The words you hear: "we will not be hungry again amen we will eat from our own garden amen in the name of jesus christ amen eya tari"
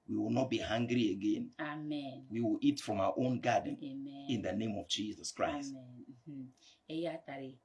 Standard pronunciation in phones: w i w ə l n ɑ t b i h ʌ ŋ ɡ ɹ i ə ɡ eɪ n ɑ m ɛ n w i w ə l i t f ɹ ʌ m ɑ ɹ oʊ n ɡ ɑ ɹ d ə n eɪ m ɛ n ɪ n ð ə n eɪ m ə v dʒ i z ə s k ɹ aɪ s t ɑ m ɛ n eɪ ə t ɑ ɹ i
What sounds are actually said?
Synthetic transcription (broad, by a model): w i w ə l n ɑ t b i h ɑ ŋ ɡ ɹ i ə ɡ eɪ n ɑ m ɛ n w i w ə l i t f ɹ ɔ m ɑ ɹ oʊ n ɡ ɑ d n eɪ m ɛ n ɪ n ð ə n eɪ m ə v dʒ i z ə s k ɹ aɪ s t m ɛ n eɪ ə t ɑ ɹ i